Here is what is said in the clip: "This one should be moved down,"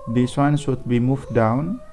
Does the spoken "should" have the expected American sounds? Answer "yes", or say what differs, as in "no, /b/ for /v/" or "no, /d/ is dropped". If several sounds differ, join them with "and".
no, /s/ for /ʃ/